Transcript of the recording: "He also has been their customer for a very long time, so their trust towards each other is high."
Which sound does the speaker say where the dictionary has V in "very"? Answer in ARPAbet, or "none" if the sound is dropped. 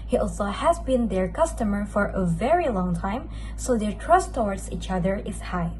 V